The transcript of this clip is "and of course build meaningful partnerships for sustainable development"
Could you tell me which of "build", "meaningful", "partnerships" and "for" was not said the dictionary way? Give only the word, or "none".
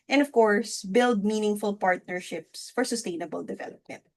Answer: none